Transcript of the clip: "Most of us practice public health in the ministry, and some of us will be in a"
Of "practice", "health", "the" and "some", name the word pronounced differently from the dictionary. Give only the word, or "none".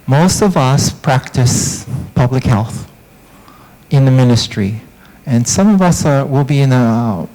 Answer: none